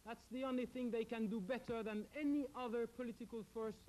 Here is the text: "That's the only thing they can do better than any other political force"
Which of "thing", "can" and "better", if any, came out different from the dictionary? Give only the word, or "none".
none